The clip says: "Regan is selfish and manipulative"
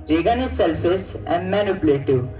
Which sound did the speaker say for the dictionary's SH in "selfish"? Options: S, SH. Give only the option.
S